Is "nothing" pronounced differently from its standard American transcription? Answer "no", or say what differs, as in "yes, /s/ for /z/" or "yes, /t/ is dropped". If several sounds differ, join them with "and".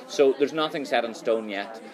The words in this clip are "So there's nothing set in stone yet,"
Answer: no